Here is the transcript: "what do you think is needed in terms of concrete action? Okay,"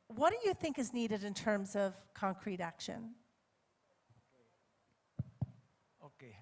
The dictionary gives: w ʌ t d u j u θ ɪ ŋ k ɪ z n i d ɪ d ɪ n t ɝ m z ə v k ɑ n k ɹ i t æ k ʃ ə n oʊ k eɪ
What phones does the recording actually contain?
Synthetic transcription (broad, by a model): w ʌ t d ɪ j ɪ θ ɪ ŋ k ɪ z n i d ɪ d ɪ n t ɝ m z ə v k ɑ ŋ k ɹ i t æ k ʃ ə n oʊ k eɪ